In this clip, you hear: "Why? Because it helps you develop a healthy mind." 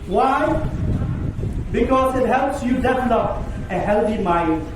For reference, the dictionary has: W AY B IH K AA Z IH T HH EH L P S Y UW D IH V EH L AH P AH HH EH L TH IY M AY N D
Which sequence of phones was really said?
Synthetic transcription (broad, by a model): W AY B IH K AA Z IH T HH EH L P S Y UW D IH F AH N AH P AH HH EH L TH IY M AY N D